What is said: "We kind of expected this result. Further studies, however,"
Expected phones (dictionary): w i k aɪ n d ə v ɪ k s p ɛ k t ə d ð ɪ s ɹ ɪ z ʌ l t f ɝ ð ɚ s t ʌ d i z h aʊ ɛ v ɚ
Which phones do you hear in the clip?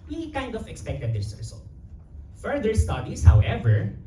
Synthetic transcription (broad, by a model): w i k aɪ n d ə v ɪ k s p ɛ k t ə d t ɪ s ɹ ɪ s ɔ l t f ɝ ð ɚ s t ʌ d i s h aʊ ɛ v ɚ